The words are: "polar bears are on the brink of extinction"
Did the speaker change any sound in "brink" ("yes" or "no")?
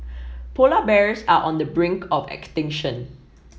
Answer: no